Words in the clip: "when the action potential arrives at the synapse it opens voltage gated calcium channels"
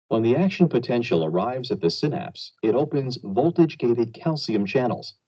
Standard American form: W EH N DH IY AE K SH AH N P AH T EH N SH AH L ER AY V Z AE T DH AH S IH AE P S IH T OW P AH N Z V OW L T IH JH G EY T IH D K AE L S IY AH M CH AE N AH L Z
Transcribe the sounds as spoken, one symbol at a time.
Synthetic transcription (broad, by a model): W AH N DH IY AE K SH AH N P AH T EH N SH L ER AY V Z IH T DH AH S IH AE P S IH T OW P AH N Z V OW L T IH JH G EY T IH D K AE L S IY AH M CH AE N L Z